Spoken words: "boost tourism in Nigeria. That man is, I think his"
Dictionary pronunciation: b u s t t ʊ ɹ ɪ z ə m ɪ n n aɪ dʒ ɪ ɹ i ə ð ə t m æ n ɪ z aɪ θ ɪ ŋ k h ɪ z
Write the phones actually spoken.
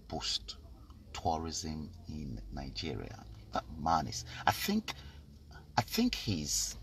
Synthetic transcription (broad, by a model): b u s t t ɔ ɹ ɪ z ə m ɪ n n aɪ dʒ ɪ ɹ i ə ð ə t m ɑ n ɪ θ aɪ θ ɪ ŋ k h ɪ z